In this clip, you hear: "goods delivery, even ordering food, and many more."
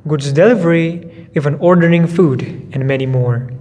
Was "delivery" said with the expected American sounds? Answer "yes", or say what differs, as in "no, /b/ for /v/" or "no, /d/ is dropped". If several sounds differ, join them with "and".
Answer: yes